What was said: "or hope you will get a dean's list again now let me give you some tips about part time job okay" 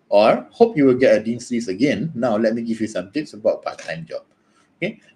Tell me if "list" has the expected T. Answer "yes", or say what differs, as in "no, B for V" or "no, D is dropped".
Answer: no, T is dropped